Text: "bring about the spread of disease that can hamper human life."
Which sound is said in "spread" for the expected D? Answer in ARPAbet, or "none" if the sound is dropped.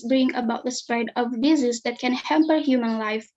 D